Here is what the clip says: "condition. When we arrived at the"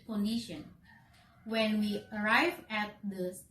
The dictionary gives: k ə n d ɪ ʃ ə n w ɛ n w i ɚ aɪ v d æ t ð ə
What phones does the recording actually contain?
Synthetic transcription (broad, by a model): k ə n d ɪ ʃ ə n w ɛ n w i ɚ aɪ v æ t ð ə